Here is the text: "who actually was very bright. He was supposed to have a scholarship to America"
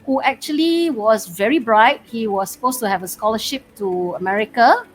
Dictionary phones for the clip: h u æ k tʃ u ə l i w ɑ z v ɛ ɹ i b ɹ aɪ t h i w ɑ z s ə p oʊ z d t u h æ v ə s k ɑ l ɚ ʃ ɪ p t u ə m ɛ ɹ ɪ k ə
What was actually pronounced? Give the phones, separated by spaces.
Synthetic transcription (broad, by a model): h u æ k tʃ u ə l i w ɑ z v ɛ ɹ i b ɹ aɪ t h i w ɑ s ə p oʊ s t u h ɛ v ə s k ɑ l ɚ ʃ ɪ p t u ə m ɛ ɹ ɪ k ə